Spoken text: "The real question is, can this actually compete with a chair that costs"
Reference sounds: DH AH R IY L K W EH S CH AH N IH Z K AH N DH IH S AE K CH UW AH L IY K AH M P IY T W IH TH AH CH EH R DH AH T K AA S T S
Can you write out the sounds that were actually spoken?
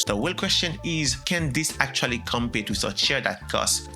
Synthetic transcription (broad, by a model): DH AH W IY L K W EH S CH AH N IH Z K AH N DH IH S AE K CH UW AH L IY K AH M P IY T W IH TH AH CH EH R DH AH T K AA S S